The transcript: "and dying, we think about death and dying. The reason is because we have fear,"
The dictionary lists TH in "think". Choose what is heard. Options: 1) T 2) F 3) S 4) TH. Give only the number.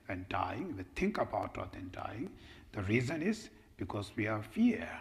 1